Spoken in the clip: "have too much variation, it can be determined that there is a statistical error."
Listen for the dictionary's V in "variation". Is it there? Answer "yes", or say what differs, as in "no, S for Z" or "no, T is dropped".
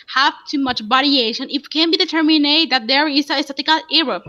no, B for V